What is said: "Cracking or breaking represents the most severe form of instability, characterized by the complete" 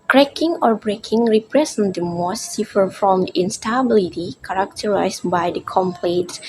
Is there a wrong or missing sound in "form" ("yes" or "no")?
yes